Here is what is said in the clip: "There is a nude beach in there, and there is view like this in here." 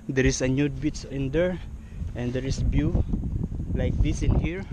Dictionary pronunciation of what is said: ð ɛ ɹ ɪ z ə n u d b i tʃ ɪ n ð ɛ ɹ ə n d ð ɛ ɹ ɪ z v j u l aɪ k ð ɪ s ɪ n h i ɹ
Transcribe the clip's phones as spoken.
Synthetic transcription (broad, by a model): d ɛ ɹ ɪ s ə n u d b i s ɪ n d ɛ ɹ ə n d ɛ ɹ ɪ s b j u l aɪ k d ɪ s ɪ n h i ɹ